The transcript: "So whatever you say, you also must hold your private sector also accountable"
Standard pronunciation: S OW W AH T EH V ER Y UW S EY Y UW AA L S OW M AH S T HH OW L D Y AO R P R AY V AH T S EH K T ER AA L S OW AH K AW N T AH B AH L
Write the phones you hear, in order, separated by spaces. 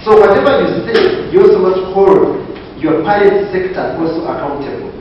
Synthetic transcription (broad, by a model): S OW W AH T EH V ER Y UW S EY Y AA L S OW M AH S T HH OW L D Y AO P AY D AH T S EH K T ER AA L S OW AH K AW N T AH B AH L